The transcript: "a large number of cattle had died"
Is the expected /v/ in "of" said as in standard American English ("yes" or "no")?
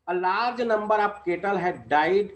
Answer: no